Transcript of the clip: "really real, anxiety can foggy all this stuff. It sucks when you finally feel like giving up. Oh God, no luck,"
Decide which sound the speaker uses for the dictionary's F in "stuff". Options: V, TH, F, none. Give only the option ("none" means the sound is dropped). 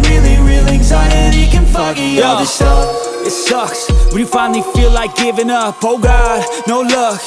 none